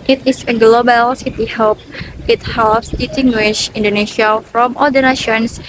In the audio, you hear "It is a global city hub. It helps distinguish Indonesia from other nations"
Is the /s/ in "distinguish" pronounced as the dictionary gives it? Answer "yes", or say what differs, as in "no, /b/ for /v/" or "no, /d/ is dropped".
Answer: no, /s/ is dropped